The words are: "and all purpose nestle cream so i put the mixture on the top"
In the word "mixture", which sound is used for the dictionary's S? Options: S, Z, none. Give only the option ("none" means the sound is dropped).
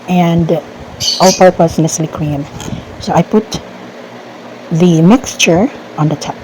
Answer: S